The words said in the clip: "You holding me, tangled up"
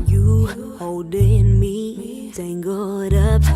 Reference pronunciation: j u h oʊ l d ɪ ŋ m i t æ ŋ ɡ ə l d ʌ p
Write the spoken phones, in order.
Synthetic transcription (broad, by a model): j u h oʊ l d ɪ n m i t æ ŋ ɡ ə d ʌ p